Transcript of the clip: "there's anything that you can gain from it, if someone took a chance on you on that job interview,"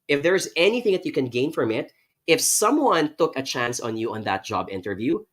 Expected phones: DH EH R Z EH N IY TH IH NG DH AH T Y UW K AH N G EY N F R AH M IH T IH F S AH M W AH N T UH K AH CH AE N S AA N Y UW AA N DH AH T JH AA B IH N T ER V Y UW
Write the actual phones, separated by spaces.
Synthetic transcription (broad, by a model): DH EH R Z EH N IY TH IH NG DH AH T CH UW K AH N G EY N F R AH M IH T IH F S AH M W AH N T UH K AH CH AE N S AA N Y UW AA N DH AH T JH AA B IH N T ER V Y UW